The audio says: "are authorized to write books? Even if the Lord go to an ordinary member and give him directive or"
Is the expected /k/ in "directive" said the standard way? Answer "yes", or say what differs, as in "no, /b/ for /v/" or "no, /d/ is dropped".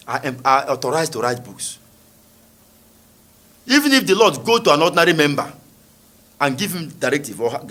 yes